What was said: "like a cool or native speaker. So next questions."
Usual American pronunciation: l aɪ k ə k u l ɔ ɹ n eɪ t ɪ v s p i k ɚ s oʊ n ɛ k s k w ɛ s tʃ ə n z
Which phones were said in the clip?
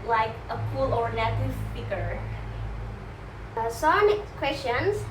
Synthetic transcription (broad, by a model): l aɪ k ə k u l ɔ ɹ n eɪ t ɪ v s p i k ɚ s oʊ n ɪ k k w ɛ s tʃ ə n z